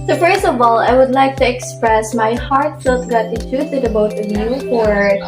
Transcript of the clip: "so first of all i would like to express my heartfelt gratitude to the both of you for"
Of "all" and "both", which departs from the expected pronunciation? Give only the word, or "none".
both